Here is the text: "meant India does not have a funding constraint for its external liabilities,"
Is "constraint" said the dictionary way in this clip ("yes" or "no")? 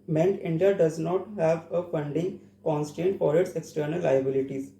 no